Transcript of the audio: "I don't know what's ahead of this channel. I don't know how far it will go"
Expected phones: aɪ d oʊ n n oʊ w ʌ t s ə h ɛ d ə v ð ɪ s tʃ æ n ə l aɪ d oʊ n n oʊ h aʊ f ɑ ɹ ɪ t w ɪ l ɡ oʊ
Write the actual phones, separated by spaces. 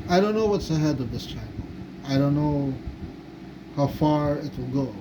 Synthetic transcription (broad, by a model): aɪ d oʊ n n oʊ w ʌ t s ə h ɛ d ə v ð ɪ s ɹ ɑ ə n aɪ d oʊ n n oʊ h aʊ f ɑ ɹ ɪ t w ɪ l ɡ oʊ